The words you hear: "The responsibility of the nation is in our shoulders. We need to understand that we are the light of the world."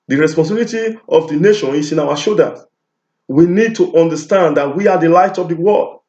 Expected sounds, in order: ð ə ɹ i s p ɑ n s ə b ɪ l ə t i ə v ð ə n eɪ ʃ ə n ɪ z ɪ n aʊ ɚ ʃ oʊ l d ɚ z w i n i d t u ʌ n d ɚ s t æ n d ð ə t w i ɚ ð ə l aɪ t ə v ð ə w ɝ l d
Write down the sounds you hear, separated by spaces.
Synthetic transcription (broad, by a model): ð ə ɹ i s p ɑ n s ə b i l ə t i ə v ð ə n eɪ ʃ ə n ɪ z ɪ n aʊ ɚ ʃ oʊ d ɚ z w i n i d t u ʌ n d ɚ s t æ n d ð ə t w i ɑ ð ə l aɪ t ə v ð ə w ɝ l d